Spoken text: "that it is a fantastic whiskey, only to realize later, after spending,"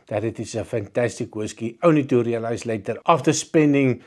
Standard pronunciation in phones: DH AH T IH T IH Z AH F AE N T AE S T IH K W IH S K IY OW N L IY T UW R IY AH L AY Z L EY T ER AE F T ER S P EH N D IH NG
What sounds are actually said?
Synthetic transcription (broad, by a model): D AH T IH T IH S AH F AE N T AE S T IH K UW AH S K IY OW N IY T UW R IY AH L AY S L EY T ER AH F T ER S P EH N D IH NG